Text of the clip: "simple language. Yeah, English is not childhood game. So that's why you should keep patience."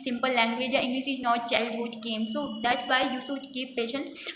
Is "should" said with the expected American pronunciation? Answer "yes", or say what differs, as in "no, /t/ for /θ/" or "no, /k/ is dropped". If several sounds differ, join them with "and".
no, /s/ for /ʃ/